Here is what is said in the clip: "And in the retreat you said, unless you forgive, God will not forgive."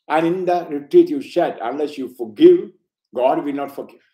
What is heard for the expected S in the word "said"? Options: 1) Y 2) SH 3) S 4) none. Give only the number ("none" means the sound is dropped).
2